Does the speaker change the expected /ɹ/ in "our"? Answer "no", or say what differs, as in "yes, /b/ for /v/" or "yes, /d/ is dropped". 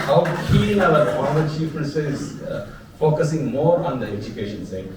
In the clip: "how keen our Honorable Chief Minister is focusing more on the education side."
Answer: yes, /l/ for /ɹ/